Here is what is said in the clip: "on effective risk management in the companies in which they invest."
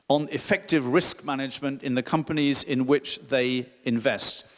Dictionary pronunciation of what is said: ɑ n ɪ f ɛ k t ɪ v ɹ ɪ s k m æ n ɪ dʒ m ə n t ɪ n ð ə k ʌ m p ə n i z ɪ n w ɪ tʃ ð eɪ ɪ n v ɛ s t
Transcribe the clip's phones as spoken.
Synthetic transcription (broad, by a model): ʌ n ɪ f ɛ k t ɪ v ɹ ɪ s k m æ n ɪ dʒ m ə n t ɪ n ð ə k ʌ m p ə n i z ɪ n w ɪ tʃ ð eɪ ɪ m v ɛ s t